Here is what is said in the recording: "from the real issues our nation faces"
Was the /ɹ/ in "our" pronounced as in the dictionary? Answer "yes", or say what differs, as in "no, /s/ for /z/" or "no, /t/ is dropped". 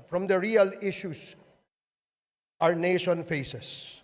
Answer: yes